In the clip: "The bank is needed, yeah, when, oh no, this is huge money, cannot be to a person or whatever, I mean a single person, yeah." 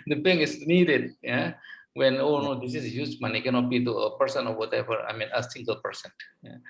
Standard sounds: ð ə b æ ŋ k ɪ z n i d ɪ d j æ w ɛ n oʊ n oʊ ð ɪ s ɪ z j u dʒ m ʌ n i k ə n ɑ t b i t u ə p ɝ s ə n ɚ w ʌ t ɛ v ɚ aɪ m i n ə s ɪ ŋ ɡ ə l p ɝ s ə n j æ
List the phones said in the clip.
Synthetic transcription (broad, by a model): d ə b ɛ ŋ ɪ s n i d ɪ d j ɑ w ɛ n oʊ n oʊ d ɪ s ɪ s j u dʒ m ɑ n i k ə n ɑ t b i t u ə p ɝ s ə n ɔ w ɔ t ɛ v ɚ aɪ m i n ə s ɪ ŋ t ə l p ɝ s ə n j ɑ